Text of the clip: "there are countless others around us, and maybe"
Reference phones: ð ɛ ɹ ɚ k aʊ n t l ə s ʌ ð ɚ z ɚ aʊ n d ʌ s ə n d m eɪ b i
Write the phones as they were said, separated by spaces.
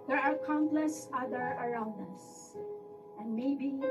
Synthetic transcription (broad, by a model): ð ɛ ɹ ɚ k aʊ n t l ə s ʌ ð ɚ ɚ aʊ n d ʌ s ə n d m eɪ b i